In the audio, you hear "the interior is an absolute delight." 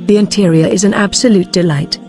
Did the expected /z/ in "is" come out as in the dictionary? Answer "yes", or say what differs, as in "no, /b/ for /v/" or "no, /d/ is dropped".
yes